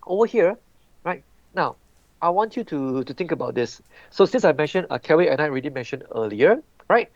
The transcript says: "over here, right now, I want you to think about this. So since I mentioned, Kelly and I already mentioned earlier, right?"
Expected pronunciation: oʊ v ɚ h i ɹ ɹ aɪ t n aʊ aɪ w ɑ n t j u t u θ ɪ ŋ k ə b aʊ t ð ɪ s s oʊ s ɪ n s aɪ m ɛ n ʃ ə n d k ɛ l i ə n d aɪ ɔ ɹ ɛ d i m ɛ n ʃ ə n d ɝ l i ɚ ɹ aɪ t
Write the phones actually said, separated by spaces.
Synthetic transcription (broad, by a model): oʊ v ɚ h i ɹ ɹ aɪ t n aʊ aɪ w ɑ n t j u t u t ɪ ŋ k ə b aʊ t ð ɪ s s oʊ s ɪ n s aɪ m ɛ n ʃ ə n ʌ k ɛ w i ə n aɪ ɹ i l i m ɛ n ʃ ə n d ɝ l i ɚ ɹ aɪ t